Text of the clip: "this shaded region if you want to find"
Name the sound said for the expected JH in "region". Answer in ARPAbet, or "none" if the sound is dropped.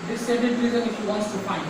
Z